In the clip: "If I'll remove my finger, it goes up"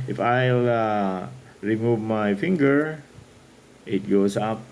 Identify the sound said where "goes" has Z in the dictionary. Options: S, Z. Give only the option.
S